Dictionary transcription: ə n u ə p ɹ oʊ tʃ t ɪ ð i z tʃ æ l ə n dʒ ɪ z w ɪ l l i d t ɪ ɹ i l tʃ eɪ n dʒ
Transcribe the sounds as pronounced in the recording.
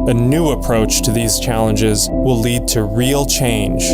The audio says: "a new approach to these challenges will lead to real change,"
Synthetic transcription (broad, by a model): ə n u ə p ɹ oʊ tʃ t ɪ ð i z tʃ æ l ə n dʒ ɪ z w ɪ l l i d t ɪ ɹ i l tʃ eɪ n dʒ